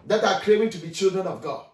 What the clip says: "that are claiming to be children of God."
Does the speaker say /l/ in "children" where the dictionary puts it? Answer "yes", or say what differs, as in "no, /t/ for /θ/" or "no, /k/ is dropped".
yes